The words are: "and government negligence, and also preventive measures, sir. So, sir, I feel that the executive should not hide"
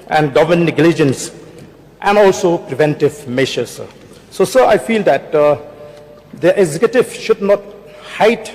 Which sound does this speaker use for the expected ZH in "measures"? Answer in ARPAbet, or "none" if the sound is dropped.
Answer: SH